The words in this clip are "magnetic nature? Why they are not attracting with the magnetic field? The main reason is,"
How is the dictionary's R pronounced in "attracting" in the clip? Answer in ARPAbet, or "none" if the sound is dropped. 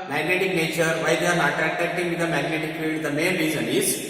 none